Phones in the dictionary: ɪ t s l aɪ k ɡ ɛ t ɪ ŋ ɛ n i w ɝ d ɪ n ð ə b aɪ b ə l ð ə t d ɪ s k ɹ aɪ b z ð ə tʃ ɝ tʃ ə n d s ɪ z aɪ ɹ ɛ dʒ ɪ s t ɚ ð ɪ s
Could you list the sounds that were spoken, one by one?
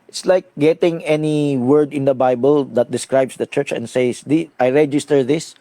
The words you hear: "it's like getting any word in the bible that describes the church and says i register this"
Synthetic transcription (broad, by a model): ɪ t s l aɪ k ɡ ɛ t ɪ ŋ ɛ n i w ɝ d ɪ n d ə b aɪ b ə l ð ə t d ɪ s k ɹ aɪ b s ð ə tʃ ɝ tʃ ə n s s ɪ aɪ ɹ ɛ dʒ ɪ s t ɚ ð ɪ s